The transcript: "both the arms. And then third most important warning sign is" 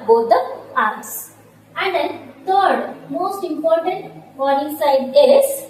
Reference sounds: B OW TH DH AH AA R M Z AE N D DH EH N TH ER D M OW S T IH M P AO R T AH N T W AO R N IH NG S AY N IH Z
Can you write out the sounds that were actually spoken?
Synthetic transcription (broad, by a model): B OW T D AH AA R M S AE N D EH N T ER D M OW S T IH M P AO R T AH N T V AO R IH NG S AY L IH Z